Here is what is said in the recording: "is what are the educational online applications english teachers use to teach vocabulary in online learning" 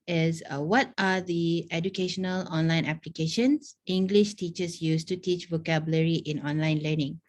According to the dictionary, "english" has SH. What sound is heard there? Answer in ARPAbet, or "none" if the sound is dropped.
SH